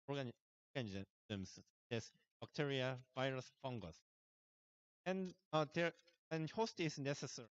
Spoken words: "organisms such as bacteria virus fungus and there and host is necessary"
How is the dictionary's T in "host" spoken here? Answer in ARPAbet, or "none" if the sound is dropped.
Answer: T